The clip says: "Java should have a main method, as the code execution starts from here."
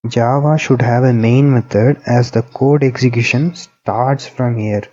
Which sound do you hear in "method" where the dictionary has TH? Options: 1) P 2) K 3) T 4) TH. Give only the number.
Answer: 3